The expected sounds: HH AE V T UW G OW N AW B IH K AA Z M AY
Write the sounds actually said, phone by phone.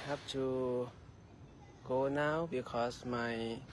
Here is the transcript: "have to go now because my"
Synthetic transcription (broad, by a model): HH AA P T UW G OW N AW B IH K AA S M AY